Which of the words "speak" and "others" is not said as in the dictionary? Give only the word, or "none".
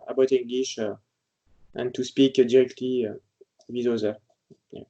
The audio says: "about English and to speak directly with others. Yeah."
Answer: others